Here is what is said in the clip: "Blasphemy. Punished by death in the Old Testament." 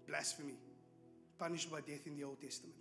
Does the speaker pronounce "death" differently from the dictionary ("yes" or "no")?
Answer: no